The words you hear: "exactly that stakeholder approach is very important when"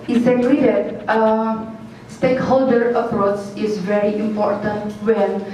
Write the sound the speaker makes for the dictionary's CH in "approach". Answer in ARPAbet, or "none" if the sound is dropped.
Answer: S